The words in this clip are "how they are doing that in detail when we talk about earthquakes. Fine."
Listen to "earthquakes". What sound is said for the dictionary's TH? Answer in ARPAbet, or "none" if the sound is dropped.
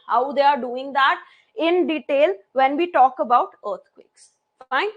T